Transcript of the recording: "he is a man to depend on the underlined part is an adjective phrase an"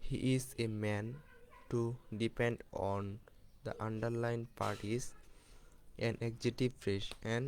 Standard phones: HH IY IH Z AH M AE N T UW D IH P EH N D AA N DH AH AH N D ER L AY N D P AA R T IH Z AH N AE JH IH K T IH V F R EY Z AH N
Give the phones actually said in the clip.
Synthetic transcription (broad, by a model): HH IY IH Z AH M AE N T UW D IH P EH N D AA N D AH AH N D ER L AY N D P AA R T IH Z AH N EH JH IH T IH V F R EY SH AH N